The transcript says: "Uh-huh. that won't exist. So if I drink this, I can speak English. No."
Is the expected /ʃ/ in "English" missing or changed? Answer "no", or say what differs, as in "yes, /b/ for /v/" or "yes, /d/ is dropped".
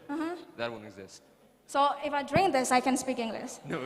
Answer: yes, /s/ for /ʃ/